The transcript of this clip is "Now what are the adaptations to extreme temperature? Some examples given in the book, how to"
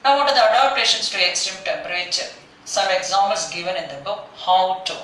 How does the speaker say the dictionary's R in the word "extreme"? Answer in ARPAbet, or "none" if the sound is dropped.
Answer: none